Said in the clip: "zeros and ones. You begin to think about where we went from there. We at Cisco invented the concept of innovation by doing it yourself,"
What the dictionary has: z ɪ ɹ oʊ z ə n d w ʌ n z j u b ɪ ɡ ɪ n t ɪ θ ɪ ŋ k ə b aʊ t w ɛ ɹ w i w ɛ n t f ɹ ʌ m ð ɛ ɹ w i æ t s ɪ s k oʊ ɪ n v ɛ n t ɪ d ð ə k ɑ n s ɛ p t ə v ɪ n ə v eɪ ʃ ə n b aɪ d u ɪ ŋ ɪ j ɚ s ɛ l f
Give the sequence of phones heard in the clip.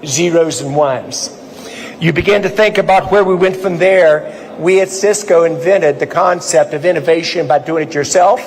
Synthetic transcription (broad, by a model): z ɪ ɹ oʊ z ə n w ʌ n z j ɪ b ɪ ɡ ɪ n t ɪ θ ɪ ŋ k ə b aʊ t w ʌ ɹ w i w ɛ n t f ɹ ʌ m ð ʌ ɹ w i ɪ t s ɪ s k oʊ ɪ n v ɛ t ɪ d ð ə k ɑ n s ɛ p t ə v ɪ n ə v eɪ ʃ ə n b aɪ d u ɪ ŋ ɪ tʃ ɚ s ɛ l f